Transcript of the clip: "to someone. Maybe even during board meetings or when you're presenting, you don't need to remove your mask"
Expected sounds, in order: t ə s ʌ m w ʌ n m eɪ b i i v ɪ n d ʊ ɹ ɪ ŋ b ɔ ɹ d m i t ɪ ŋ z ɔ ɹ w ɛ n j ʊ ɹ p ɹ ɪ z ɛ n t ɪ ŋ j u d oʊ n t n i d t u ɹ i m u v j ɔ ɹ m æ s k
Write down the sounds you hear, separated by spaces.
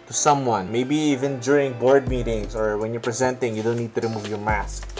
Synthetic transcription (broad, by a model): t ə s ʌ m w ʌ n m eɪ b i i v ɪ n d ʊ ɹ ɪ ŋ b ɔ ɹ d m i t ɪ ŋ s ɔ ɹ w ɛ n j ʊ ɹ p ɹ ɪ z ɛ n t ɪ ŋ j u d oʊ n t n i d t u ɹ i m u v j ɔ ɹ m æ s k